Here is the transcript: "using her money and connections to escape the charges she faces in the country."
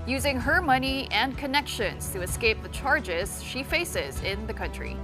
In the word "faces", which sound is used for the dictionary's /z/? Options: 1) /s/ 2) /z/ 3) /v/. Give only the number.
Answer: 2